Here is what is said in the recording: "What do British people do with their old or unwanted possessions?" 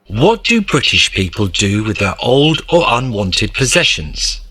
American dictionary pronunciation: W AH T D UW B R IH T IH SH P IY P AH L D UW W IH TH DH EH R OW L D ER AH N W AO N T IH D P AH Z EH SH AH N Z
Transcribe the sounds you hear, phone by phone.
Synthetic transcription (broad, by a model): W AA T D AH B R IH T IH SH P IY P AH L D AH W IH DH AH R OW L D ER AH N W AO N T IH D P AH Z EH SH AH N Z